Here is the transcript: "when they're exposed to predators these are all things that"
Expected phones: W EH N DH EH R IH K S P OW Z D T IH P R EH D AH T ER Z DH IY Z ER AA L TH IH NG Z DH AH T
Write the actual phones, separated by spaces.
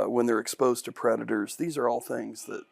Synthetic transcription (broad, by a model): W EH N DH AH R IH K S P OW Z T IH P R EH D AH T ER Z DH IY Z ER AA L TH IH NG Z DH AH T